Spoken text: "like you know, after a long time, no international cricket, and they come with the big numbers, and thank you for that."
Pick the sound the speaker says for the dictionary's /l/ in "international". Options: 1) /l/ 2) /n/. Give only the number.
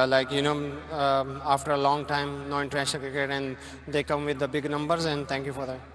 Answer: 2